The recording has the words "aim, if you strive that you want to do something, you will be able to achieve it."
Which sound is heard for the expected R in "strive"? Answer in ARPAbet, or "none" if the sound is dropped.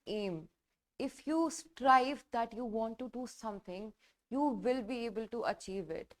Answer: R